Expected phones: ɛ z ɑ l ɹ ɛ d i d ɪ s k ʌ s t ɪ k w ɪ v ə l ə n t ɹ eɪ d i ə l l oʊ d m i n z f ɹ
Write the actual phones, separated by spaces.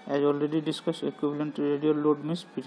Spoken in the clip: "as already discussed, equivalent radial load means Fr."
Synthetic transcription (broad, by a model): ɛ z ɑ l ɹ ɛ d i d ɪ s k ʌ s ɪ k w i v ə l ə n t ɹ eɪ d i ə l l oʊ d m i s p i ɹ